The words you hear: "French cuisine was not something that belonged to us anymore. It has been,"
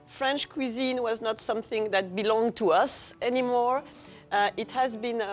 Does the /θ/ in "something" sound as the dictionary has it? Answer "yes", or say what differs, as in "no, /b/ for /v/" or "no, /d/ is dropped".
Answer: yes